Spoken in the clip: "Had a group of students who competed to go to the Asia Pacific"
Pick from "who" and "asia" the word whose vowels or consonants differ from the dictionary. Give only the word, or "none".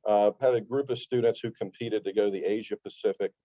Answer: none